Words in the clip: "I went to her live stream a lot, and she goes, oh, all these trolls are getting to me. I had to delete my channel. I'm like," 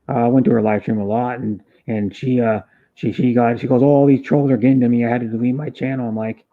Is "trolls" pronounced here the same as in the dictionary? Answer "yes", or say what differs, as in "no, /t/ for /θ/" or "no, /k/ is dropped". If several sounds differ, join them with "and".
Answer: yes